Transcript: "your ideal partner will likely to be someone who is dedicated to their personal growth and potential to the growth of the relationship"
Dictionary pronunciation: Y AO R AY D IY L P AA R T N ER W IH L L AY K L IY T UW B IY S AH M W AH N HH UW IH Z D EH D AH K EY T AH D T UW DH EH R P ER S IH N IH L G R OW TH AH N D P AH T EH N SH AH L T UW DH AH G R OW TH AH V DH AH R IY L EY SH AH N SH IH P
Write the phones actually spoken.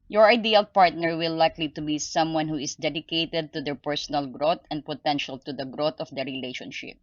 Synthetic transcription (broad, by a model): Y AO R AY D IY L P AA R T N ER W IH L L AY K L IY T UW B IY S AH M W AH N HH UW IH S D EH D AH K EY T AH D T UW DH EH R P ER S IH N IH L G R OW T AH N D P AH T EH N SH AH L T UW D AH G R OW T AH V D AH R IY L EY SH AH N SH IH P